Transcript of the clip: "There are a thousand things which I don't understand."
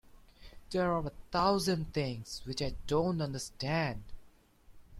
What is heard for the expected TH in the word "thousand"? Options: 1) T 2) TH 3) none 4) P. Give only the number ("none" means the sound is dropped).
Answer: 1